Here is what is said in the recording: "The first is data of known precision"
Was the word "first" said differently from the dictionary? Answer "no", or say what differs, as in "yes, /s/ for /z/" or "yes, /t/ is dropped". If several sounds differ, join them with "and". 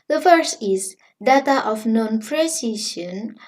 yes, /t/ is dropped